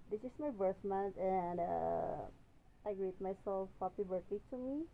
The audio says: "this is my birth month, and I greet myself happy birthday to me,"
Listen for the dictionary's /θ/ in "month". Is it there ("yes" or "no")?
no